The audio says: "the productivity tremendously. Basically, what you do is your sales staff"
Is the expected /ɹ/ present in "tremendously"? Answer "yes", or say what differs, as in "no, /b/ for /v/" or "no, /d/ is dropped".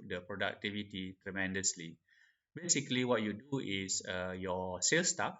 yes